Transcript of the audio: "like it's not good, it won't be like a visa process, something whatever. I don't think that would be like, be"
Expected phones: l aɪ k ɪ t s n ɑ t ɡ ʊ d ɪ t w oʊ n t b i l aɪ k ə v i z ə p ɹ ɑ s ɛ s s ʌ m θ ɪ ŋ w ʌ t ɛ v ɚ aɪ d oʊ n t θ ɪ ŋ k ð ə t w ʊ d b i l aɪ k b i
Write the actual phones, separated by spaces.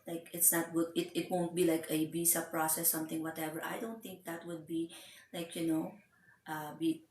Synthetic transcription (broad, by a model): l aɪ k ɪ t s n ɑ t ɡ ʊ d ɪ t w oʊ n t b i l aɪ k ə b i s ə p ɹ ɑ s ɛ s s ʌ m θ ɪ ŋ w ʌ t ɛ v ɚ aɪ d oʊ n t θ ɪ ŋ k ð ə t w ʊ d b i l aɪ k b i